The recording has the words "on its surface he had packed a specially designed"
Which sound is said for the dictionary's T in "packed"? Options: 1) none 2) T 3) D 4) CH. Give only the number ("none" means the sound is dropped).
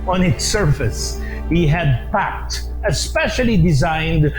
2